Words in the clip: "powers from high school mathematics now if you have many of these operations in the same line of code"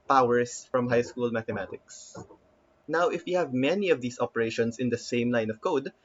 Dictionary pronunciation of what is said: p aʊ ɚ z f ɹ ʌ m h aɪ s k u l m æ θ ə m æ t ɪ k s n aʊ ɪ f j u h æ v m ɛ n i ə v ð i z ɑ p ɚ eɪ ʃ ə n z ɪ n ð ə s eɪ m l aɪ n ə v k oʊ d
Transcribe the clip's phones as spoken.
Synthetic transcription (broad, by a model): p aʊ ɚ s f ɹ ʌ m h aɪ s k u l m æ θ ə m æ t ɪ k s n aʊ ɪ f j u h æ v m ɛ n i ə v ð i s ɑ p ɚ eɪ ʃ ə n s ɪ n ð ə s eɪ m l aɪ n ə v k oʊ d